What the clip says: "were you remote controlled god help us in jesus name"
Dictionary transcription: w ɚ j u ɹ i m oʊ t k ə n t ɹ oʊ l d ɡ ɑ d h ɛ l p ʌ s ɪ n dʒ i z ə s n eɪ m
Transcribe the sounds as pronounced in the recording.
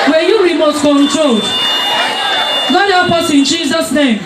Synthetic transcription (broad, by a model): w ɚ j u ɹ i m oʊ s k ə n t ɹ oʊ l d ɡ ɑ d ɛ p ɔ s ɪ n dʒ i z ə s n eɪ m